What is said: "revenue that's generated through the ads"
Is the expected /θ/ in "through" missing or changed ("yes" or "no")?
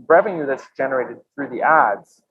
no